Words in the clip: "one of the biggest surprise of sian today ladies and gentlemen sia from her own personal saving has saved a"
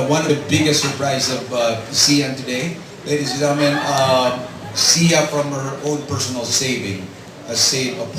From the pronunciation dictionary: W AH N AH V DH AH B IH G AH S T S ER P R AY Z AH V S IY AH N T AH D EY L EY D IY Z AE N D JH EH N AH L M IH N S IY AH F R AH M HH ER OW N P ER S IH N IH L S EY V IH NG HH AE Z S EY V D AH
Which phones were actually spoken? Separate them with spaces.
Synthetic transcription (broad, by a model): W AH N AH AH B IH G AH S T S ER P R AY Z AH V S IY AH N T AH D EY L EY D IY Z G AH M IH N S IY AH F R AH M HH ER OW N P ER S IH N IH L S EY V IH NG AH S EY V AH